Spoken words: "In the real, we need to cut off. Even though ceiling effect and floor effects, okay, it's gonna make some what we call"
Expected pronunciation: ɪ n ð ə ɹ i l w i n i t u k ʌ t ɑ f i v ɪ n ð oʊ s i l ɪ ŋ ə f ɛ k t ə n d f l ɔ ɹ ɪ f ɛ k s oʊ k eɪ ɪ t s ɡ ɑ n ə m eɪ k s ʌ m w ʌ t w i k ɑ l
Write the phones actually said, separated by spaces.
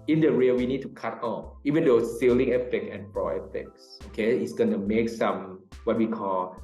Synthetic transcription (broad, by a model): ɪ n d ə ɹ i l w i n i t u k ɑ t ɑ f i v ɪ n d oʊ s i l ɪ ŋ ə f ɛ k ə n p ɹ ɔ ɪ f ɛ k s oʊ k eɪ ɪ t s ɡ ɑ n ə m eɪ k s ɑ m w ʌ t w i k ɑ l